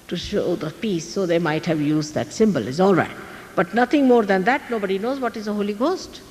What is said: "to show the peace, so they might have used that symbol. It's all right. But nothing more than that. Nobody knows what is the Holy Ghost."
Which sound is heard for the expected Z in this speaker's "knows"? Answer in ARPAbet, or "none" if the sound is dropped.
Z